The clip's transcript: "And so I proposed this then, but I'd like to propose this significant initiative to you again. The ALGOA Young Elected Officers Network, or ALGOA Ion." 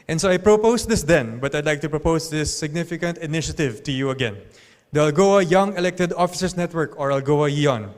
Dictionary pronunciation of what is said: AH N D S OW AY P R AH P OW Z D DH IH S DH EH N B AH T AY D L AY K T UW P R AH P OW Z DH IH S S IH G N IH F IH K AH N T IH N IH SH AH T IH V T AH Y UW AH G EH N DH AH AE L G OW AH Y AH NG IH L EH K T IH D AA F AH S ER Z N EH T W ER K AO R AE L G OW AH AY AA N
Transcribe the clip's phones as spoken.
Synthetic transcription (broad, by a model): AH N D S OW AY P R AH P OW S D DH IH S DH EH N B AH T AY D L AY K T UW P R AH P OW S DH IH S S IH G N IH F IH K AH N T IH N IH SH AH T IH V T AH Y UW AH G EH N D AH AE L G OW AH Y AH NG IH L EH K T IH D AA F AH S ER S N EH T W ER K AO R AE L G OW AH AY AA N